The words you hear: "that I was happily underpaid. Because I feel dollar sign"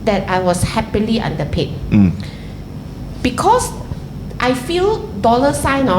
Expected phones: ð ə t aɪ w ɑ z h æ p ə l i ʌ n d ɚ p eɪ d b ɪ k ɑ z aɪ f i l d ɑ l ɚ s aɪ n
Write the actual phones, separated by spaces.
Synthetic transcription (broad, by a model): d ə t aɪ w ɑ s h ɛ p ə l i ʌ n d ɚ p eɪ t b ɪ k ɑ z aɪ f i l d ɑ l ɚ s aɪ n